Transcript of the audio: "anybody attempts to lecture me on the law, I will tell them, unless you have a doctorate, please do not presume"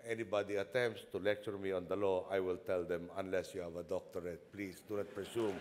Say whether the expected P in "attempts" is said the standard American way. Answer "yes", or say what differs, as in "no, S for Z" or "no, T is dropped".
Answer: yes